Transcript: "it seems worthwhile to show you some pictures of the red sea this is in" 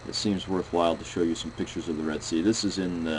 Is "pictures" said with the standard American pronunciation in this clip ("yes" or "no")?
yes